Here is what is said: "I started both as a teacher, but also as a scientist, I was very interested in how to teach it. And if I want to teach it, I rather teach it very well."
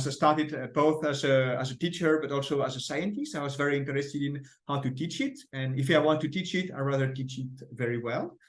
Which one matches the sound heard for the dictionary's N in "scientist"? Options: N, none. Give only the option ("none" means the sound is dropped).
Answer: N